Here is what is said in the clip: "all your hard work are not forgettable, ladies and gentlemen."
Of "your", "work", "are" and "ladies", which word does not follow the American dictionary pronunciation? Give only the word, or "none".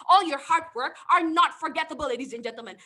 none